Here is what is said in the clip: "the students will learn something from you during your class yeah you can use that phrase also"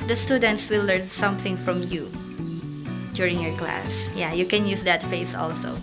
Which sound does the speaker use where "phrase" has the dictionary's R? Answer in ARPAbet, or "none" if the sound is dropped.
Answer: none